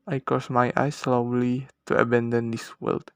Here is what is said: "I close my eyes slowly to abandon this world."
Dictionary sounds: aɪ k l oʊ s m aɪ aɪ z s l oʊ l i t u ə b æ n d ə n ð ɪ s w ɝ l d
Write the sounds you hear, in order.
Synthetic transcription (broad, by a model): aɪ k oʊ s m aɪ aɪ s l oʊ l i t u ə b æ n d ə n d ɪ s w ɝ l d